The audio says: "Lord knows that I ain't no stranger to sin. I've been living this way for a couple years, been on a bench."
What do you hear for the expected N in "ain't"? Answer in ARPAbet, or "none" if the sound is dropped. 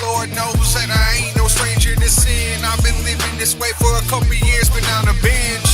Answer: none